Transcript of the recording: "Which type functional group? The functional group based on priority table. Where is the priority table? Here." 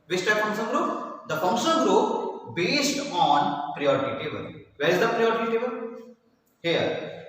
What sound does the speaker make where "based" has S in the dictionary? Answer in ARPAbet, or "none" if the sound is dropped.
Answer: S